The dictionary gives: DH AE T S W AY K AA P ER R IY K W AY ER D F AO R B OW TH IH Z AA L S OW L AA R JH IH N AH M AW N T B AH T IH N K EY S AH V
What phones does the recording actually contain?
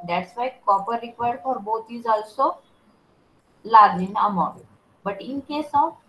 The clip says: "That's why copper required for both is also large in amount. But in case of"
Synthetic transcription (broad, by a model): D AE T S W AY K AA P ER R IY K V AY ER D F AO R B OW T IH Z AA L S OW L AA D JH IH N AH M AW T B AH T IH N K EY S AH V